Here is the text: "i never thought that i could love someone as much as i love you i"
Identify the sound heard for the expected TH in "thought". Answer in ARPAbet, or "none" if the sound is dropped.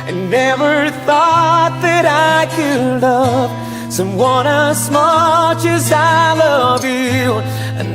TH